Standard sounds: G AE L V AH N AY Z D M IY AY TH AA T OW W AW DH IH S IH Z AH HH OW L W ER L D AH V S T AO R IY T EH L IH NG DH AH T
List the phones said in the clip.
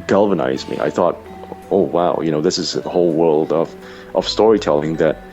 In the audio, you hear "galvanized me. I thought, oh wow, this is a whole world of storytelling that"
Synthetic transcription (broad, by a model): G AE L V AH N AY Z M IY AY TH AA T OW W AW DH IH S IH Z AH HH OW L W ER L D AH V S T AO R IY T EH L IH NG DH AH T